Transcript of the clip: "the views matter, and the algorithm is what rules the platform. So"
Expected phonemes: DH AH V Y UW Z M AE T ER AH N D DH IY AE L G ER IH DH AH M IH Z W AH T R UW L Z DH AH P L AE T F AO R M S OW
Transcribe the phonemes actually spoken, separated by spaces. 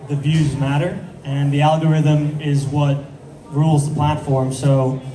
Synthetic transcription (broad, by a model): DH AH V Y UW Z M AE T ER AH N DH IY AE L G ER IH DH AH M IH Z W AH T R UW L Z DH AH P L AE T F AO R M S OW